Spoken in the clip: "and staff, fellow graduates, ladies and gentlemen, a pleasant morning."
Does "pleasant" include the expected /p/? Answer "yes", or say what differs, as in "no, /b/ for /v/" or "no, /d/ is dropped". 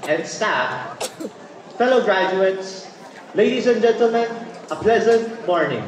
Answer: yes